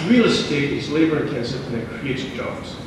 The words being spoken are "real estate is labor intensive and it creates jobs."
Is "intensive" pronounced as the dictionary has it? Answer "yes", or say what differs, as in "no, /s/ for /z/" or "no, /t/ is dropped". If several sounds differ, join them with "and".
no, /v/ is dropped